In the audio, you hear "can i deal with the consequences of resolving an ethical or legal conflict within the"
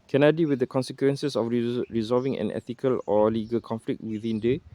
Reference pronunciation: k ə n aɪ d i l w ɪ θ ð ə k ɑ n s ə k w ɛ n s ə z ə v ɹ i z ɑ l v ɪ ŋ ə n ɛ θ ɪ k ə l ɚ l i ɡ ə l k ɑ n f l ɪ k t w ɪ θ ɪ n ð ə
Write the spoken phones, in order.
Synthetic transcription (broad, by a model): k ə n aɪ d i l w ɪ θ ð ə k ɑ n s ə k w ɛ n s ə s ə f ɹ i z ɑ l v ɪ ŋ ə n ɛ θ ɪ k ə l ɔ l i ɡ ə l k ɑ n f l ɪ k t w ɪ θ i n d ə